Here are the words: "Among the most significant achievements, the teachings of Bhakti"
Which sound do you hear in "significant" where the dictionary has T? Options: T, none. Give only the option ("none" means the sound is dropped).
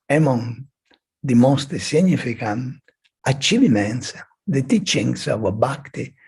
none